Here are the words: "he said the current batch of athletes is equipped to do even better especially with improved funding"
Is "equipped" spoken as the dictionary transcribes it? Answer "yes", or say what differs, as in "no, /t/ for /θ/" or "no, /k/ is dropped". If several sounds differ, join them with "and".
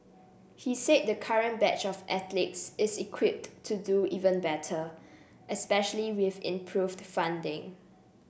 yes